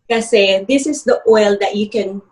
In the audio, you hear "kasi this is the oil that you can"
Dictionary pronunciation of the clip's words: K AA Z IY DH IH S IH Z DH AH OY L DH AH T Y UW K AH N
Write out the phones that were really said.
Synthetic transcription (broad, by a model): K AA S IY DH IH S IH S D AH OY L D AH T Y UW K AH N